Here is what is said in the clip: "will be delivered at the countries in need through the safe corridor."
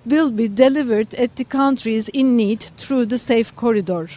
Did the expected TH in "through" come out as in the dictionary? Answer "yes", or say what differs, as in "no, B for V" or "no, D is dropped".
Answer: no, T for TH